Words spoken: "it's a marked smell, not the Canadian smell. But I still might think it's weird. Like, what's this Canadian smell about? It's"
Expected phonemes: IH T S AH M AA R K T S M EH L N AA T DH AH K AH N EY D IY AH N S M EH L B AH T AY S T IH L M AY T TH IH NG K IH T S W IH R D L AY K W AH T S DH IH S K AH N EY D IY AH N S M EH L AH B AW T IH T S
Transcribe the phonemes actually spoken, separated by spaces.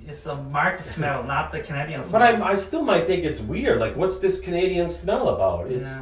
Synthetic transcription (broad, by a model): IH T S AH M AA R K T S M EH L N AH T DH AH K AH N EY D IY AH N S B AH T AY S T IH L M AY T TH IH NG K IH T S W IH R D L AY K W AH T S DH IH S K AH N EY D IY AH N S M EH L AH B AW T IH T S